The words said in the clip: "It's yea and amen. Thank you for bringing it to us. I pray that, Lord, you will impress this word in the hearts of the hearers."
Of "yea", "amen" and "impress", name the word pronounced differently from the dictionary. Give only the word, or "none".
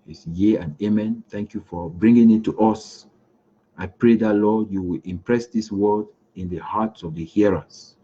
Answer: none